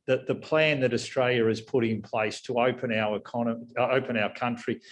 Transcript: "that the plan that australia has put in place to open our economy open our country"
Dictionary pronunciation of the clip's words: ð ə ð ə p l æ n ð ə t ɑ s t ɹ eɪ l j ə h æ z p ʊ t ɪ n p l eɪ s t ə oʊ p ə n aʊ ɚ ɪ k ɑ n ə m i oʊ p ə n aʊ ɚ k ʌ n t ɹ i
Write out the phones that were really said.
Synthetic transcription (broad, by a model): ð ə ð ə p l æ n ð ə t ɑ s t ɹ eɪ l j ə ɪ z p ʊ t ɪ n p l eɪ s t ə oʊ p ə n aʊ ɚ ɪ k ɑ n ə i p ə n aʊ ɚ k ʌ n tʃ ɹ i